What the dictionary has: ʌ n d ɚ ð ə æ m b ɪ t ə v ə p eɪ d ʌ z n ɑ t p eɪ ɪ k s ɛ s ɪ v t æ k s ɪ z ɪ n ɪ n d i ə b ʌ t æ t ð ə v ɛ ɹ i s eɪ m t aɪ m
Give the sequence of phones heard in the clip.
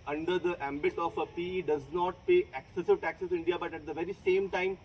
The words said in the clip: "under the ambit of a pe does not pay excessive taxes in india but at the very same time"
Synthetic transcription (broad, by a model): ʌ n d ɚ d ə æ m b ɪ t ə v ə p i d ʌ z n ɑ t p eɪ ɪ k s ɛ s ɪ v t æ k s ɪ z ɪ ɪ n d i ə b ʌ t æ t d ə v ɛ ɹ i s eɪ m t aɪ m